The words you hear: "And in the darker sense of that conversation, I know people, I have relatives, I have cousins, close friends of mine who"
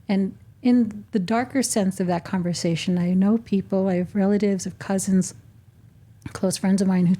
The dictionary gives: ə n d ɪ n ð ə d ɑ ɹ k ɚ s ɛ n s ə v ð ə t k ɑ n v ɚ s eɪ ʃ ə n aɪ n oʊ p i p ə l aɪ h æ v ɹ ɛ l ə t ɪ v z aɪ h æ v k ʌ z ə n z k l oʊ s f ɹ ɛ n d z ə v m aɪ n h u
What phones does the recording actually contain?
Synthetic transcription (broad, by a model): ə n ɪ n ð ə d ɑ ɹ k ɚ s ɛ n s ə v ð ə t k ɑ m v ɚ s eɪ ʃ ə n aɪ n oʊ p i p l aɪ v ɹ ɛ l ə t ɪ v z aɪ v k ʌ z ə n z k l oʊ s f ɹ ɛ n d z ə v m aɪ n h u